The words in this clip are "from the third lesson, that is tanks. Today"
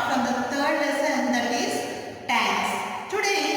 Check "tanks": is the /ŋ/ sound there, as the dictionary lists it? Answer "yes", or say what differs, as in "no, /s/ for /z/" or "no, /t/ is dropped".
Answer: no, /ŋ/ is dropped